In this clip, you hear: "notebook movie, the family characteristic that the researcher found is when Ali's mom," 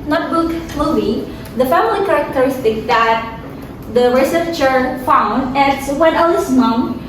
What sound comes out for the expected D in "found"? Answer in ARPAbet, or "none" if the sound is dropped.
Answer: D